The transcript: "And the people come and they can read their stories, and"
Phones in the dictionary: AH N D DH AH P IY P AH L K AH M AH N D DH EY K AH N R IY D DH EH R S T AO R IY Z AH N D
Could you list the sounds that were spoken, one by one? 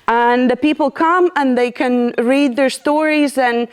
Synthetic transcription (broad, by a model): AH N DH AH P IY P L K AH M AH N DH EY K AH N R IY D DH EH R S T AO R IY Z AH N